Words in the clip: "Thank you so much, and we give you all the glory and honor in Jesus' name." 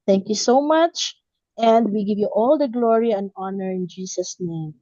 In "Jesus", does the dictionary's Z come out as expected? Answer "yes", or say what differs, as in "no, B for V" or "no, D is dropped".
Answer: no, S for Z